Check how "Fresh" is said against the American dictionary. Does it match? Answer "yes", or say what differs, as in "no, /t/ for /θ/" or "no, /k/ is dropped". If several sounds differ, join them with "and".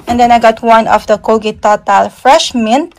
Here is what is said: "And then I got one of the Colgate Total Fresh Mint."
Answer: yes